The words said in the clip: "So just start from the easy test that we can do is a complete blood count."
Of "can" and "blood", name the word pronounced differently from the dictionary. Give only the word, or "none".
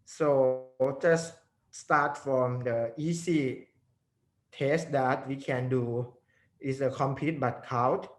blood